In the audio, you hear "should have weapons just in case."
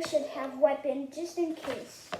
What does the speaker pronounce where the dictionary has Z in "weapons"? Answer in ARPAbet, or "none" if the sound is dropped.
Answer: none